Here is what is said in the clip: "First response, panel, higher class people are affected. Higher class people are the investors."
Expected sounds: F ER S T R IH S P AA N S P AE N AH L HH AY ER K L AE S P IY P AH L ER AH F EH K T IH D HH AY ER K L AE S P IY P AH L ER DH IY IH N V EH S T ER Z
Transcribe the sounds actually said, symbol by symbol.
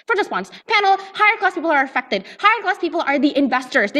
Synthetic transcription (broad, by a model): F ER S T W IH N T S P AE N L HH AY ER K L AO S P IY P L ER AH F EH K T IH D HH AY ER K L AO S P IY P L ER DH IY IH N V EH S T ER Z